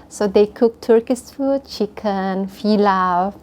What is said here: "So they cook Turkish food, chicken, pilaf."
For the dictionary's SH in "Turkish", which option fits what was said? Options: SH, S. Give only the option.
S